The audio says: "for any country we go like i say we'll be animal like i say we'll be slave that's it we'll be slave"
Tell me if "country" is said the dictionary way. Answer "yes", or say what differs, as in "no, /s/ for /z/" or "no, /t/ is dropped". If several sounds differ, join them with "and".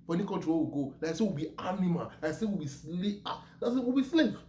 no, /n/ is dropped and /w/ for /ɹ/